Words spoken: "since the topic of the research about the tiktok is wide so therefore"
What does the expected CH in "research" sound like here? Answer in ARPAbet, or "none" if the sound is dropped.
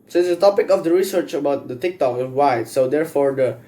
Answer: CH